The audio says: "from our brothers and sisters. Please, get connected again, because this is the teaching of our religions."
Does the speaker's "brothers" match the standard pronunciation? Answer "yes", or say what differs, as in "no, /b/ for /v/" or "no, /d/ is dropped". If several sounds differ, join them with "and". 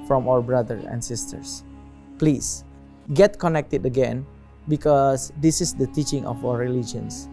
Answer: no, /z/ is dropped